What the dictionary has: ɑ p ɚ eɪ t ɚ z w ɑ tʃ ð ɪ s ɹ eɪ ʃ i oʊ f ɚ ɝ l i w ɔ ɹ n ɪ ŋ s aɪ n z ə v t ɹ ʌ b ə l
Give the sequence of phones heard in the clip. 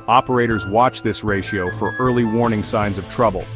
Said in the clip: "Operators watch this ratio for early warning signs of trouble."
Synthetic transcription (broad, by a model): ɑ p ɚ eɪ t ɚ z w ɑ tʃ ð ɪ s ɹ eɪ ʃ i oʊ f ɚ ɝ l i w ɔ ɹ n ɪ ŋ s aɪ n z ə v t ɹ ʌ b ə l